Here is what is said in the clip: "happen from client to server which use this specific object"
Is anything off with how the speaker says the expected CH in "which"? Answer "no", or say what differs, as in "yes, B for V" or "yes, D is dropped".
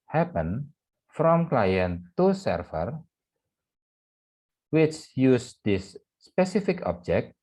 no